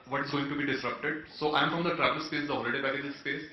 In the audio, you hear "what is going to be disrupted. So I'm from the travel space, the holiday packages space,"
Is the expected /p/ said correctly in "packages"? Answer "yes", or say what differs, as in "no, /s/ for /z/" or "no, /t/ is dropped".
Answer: no, /b/ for /p/